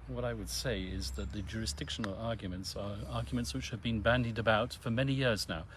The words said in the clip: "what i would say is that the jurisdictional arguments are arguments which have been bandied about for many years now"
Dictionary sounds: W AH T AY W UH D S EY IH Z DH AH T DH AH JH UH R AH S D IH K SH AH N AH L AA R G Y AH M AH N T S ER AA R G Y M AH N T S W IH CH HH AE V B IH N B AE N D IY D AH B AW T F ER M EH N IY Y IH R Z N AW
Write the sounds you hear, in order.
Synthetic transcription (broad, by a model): W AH T AY W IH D S EY IH Z DH AH T DH AH JH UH R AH S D IH K SH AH N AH L AA R G Y AH M AH N T S ER AA R G Y M AH N T S W IH CH HH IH V B IH N B AE N D IY D AH B AW T F ER M EH N IY Y IH R Z N AW